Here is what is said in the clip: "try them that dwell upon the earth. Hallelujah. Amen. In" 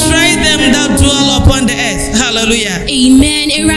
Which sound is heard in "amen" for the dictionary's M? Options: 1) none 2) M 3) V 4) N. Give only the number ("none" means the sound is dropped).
2